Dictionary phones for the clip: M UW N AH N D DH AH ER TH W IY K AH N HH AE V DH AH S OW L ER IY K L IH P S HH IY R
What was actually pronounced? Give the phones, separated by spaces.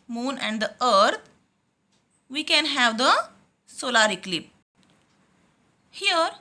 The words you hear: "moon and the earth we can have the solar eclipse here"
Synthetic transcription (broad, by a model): M UW N AH N D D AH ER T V IY K AH N HH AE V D AH S OW L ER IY K L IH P HH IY R